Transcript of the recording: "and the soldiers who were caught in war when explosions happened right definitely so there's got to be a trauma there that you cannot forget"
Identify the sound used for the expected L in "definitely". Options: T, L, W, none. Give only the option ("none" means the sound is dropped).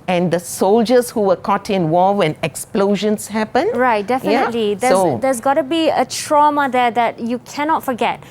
L